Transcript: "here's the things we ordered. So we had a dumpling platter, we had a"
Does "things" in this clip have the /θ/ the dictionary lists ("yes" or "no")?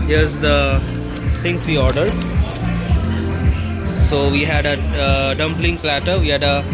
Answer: no